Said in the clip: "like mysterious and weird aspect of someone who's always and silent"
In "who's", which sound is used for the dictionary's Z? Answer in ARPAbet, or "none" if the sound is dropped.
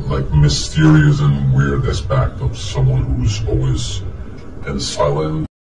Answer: Z